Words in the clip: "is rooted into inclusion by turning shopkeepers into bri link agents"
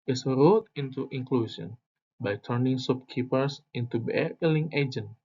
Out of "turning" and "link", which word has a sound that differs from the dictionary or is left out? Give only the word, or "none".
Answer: link